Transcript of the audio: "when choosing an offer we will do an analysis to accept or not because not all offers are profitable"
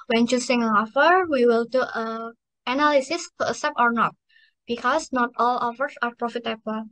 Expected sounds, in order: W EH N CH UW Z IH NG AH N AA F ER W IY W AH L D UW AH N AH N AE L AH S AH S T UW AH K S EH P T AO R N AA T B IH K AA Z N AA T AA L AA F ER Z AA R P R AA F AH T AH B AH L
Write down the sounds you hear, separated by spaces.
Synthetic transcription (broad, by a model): W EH N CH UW S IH NG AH AA F ER W IY W AH L D UW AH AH N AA L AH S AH S T UW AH S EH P AO R N AA T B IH K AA S N AA T AA L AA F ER S AA R P R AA F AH T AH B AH L